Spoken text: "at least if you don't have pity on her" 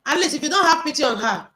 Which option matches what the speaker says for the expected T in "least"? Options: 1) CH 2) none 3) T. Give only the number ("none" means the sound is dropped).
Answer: 2